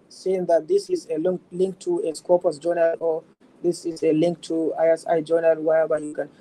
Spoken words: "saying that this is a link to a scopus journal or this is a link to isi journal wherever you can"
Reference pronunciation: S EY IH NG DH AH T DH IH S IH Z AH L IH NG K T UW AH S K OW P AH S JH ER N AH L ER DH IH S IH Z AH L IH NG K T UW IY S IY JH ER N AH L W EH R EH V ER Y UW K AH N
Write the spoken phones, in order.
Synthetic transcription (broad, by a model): S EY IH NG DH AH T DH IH S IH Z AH L IH NG K T UW AH S K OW P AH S JH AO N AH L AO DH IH S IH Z AH L IH NG K T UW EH S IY JH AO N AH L W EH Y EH B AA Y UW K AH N